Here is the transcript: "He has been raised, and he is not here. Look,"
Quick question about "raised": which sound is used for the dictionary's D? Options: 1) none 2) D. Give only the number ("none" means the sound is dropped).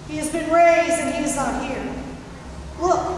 1